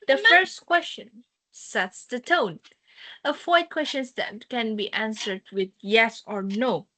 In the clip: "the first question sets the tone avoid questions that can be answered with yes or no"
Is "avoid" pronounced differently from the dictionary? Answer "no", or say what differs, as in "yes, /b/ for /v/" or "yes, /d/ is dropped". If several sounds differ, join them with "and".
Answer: yes, /f/ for /v/